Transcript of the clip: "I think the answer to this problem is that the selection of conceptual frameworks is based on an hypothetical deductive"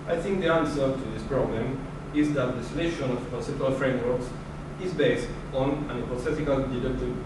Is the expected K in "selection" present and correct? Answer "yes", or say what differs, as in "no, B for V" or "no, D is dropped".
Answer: no, K is dropped